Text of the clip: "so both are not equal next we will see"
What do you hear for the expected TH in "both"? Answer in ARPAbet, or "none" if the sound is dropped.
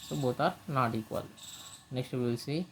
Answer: T